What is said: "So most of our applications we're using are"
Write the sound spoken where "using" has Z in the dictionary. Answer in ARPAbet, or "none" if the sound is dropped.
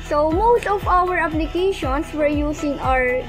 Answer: S